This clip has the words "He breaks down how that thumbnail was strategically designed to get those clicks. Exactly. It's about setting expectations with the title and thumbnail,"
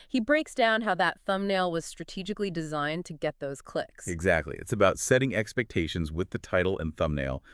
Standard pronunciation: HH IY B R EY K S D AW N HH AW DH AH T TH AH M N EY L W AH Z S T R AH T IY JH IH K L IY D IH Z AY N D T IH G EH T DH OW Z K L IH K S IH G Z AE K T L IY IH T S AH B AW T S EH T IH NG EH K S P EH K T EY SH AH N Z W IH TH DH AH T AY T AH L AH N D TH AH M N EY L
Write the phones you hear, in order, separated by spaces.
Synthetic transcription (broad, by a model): HH IY B R EY K S D AW N HH AW DH AH T TH AH M N EY L W AH Z S T R AH T IY JH IH K L IY D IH Z AY N T IH G EH T DH OW Z K L IH K S IH G Z AE K T L IY IH T S AH B AW T S EH T IH NG EH K S P EH K T EY SH AH N Z W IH DH AH T AY T L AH N TH AH M N EY L